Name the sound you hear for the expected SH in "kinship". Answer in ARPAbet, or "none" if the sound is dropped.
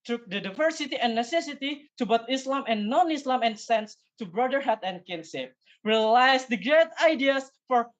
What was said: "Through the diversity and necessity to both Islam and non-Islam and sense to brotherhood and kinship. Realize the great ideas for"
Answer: S